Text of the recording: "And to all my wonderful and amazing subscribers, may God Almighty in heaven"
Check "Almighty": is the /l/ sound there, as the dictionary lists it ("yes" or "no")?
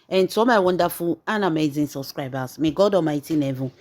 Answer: no